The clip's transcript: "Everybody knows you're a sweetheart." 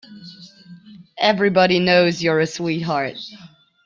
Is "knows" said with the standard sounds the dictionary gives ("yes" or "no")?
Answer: yes